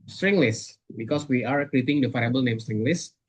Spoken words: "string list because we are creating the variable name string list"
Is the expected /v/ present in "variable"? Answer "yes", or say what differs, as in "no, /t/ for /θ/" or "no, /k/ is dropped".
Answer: no, /f/ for /v/